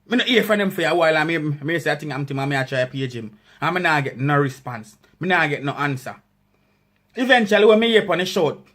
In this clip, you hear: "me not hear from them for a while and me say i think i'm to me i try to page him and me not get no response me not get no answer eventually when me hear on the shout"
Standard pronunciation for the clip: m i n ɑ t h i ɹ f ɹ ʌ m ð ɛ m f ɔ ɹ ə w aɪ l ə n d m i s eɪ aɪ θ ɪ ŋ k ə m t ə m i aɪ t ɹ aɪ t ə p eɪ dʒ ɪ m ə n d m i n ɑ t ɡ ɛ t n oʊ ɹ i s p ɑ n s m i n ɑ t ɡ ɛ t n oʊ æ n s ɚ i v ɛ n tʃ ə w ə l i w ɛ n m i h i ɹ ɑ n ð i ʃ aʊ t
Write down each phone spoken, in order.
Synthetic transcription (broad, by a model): m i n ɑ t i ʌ f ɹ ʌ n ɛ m f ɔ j ə w aɪ l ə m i m i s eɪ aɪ t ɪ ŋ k ə m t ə m i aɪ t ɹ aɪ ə p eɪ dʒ ɪ m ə m i n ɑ ɡ ɛ t n oʊ ɹ i s p ɑ n s m i n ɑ ɡ ɛ t n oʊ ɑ n s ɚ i v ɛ n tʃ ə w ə l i w ɛ n m i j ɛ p ɑ n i ʃ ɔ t